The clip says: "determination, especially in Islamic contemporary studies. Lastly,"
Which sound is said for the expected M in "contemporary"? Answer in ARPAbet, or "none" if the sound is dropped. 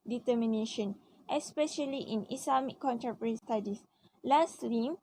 none